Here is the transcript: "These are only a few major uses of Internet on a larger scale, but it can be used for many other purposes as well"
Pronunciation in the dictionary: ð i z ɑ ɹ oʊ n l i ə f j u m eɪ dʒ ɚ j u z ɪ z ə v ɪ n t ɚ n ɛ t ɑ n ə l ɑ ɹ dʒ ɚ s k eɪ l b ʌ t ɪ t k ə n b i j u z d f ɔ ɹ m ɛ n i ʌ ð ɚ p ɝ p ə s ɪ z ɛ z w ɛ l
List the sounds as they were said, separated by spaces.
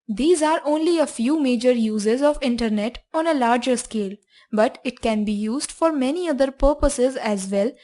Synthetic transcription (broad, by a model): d i z ɑ ɹ oʊ n l i ə f j u m eɪ dʒ ɚ j u z ɪ z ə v ɪ n t ɚ n ɛ t ɑ n ə l ɑ ɹ dʒ ɚ s k eɪ l b ʌ t ɪ t k ə n b i j u z d f ɔ ɹ m ɛ n i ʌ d ɚ p ɝ p ə s ɪ z ɛ z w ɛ l